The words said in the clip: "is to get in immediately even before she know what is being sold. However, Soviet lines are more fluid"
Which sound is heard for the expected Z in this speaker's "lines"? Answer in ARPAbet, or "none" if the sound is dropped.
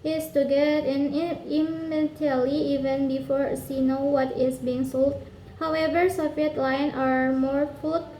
none